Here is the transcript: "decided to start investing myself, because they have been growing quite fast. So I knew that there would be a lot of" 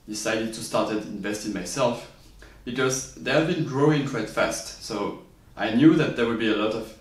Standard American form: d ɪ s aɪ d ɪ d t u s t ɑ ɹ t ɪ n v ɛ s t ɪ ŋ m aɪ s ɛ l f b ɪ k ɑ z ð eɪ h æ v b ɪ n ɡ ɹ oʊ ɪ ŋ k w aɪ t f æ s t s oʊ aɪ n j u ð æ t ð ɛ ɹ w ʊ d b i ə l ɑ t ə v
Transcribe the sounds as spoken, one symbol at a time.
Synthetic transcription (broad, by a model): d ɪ s aɪ d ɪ d t u s t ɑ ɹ t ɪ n v ɛ s t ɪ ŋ m aɪ s ɛ l f b ɪ k ɑ z ð eɪ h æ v b ɪ n ɡ ɹ oʊ ɪ ŋ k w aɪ t f æ s t s oʊ aɪ n j u ð æ t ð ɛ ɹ w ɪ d b i ə l ɑ t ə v